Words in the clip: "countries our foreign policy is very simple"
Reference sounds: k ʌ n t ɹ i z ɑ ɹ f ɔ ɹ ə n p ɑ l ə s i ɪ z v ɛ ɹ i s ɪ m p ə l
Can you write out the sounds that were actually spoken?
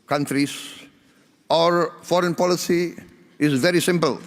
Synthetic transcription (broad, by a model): k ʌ n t ɹ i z ɑ ɹ f ɔ ɹ ə n p ɑ l ə s i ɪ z v ɛ ɹ i s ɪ m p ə l